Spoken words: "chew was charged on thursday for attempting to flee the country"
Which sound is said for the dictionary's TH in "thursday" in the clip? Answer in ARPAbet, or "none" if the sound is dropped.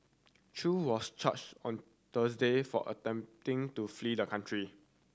T